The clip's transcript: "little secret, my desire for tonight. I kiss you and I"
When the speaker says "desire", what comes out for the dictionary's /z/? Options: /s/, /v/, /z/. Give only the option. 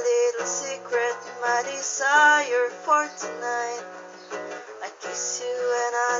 /s/